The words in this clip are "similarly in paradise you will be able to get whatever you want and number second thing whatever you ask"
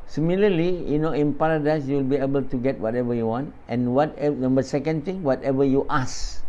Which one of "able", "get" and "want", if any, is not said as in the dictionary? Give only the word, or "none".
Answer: none